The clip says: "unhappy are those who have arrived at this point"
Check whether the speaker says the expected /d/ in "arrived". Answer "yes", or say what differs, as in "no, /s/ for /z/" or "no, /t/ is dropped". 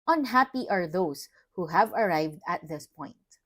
yes